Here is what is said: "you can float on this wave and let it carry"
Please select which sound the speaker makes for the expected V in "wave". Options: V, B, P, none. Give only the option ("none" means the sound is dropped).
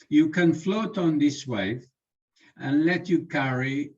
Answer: none